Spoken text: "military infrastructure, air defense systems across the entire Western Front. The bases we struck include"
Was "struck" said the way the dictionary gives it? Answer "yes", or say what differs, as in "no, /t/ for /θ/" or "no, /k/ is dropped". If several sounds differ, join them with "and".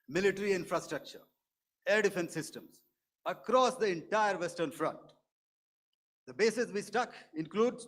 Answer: no, /ɹ/ is dropped